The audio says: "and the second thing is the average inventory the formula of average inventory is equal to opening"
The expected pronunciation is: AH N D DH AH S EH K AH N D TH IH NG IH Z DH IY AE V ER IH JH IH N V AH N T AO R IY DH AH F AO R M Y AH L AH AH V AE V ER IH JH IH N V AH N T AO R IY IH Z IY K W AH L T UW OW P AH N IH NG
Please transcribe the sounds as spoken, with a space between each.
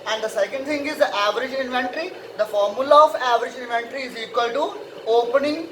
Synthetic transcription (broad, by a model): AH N D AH S EH K AH N D T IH NG IH Z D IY AE V ER IH JH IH N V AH N T R IY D AH F AO R M Y AH L AH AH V AE V ER IH JH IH N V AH N T R IY IH Z IY K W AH L T UW OW P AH N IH NG